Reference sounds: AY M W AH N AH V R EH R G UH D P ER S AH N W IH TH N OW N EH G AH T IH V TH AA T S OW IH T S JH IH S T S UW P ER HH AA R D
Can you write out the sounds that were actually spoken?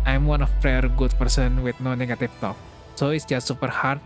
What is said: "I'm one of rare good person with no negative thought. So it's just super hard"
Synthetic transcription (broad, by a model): AY M W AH N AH P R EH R G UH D P ER S AH N W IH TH N OW N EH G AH T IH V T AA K S OW IH T S JH IH S T S UW P ER HH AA R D